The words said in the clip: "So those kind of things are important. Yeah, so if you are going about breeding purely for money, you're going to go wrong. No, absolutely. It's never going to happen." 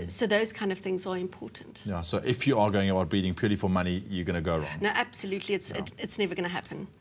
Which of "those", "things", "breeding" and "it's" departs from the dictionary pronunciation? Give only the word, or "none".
none